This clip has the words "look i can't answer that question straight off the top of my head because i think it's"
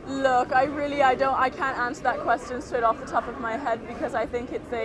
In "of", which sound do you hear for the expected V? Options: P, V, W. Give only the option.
V